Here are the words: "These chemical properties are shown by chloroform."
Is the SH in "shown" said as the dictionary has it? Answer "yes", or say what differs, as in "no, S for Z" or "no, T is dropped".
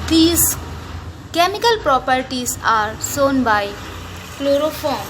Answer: no, S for SH